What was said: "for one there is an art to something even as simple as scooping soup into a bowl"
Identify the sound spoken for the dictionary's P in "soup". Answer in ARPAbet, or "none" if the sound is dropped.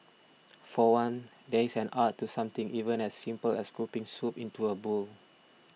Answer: P